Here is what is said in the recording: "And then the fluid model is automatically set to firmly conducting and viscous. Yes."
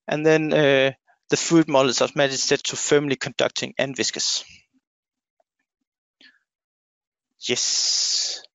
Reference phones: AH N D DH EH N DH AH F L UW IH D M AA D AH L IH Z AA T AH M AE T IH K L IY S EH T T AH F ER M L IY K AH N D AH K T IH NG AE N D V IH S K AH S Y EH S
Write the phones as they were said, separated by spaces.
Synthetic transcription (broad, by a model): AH N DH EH N DH AH F UW D M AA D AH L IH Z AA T M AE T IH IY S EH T T AH F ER M L IY K AH N D AH K T IH NG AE N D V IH S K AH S Y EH S